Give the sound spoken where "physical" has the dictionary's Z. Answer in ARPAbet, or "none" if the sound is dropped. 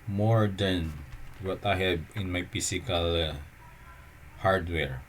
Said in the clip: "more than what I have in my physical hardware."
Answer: S